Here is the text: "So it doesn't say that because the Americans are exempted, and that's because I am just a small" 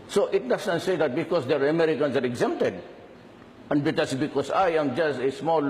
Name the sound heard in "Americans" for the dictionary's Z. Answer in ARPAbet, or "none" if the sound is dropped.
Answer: S